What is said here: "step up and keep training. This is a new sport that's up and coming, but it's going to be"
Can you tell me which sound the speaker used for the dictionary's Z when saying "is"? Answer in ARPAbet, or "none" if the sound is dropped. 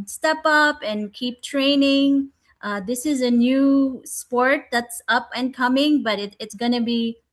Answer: Z